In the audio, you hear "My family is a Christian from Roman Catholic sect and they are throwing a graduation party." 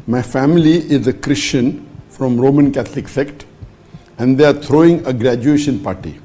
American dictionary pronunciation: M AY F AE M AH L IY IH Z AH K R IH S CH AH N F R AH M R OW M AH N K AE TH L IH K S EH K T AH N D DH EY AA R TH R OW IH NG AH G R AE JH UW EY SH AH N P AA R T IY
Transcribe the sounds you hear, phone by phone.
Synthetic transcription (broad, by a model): M AY F AE M AH L IY IH Z AH K R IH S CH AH N F R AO M R OW M AH N K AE T L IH K S EH K T AH N D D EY AA R T R OW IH NG AH G R AE JH UW EY SH AH N P AA R T IY